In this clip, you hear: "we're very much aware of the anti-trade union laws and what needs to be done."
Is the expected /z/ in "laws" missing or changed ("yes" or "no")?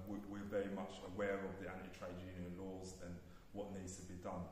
no